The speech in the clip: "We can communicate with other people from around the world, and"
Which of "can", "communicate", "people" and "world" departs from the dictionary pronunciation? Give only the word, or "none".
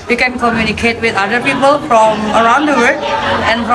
world